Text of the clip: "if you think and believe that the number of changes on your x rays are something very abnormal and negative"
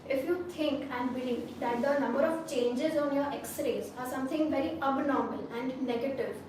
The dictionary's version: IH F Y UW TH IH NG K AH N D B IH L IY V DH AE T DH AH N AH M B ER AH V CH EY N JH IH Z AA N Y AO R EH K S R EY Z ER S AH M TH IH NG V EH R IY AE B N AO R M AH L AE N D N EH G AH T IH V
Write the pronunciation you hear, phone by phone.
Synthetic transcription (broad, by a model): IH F Y UW T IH NG K AH N D B IH L IY V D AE T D AH N AH M B ER AH V CH EY N JH IH Z AA N Y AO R EH K S R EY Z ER S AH M T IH NG V EH R IY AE B N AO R M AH L AE N D N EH G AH T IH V